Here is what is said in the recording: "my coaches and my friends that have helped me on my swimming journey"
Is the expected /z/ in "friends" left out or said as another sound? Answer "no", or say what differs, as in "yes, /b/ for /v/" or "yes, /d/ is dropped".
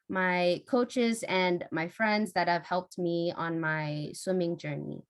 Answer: no